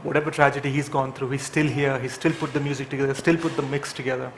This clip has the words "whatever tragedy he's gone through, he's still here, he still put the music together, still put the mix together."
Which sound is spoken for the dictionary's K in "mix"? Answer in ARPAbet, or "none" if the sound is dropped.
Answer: K